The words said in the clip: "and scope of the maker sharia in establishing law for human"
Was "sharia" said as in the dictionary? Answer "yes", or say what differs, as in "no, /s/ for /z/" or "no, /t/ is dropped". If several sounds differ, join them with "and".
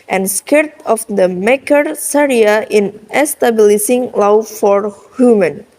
no, /s/ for /ʃ/